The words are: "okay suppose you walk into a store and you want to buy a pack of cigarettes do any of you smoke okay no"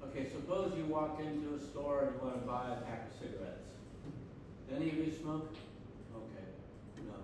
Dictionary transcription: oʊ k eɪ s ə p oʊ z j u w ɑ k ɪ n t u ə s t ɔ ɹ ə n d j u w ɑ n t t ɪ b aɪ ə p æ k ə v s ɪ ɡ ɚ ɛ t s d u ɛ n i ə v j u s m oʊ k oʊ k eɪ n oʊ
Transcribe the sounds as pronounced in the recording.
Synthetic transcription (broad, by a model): oʊ k eɪ s ə p oʊ z j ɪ w ɑ k ɪ n t u ə s t ɔ ɹ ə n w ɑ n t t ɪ b aɪ ə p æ k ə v s ɪ ɡ ɚ ɛ t s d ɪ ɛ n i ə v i s m oʊ k oʊ k eɪ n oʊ